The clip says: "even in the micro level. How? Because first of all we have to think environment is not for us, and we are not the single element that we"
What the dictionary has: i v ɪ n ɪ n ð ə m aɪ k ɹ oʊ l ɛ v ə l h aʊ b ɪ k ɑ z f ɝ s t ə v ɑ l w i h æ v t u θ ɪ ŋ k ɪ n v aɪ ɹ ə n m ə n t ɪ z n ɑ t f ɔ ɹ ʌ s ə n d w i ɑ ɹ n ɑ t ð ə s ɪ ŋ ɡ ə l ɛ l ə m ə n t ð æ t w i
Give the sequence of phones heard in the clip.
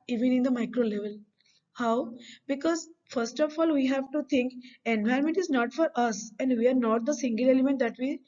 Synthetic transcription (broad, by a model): i v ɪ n ɪ n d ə m aɪ k ɹ oʊ l ɛ v ə l h aʊ b ɪ k ɑ z f ɝ s t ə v ɑ l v i h æ v t u t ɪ ŋ k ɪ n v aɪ ɹ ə m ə n t ɪ z n ɑ t f ɔ ɹ ʌ s ə n d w i ɑ ɹ n ɑ t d ə s ɪ ŋ ɡ ə l ɛ l ə m ə n t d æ t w i